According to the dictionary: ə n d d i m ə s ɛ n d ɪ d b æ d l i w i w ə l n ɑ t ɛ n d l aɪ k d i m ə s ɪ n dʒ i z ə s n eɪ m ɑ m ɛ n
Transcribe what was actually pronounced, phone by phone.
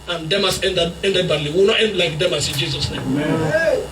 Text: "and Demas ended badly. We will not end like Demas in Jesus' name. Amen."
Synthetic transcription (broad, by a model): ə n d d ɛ m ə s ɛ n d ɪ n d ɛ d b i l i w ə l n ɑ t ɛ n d l aɪ k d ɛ m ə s ɪ n dʒ i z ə s n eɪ ɑ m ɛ